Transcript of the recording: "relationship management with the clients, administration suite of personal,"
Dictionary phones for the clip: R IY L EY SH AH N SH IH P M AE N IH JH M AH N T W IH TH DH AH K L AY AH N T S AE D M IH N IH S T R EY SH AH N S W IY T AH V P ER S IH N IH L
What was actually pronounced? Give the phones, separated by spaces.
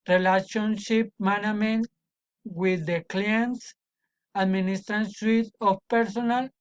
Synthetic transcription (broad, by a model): R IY L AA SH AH N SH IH P M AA N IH M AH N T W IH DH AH K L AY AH N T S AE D M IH N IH S T R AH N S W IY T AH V P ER S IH N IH L